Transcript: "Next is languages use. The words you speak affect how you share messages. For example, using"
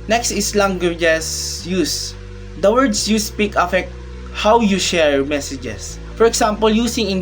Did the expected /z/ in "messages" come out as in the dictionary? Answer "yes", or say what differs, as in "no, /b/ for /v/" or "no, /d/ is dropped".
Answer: no, /s/ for /z/